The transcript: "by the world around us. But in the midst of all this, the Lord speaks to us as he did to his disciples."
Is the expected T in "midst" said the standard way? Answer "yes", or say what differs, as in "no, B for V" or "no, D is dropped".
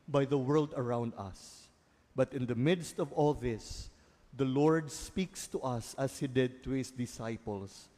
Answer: yes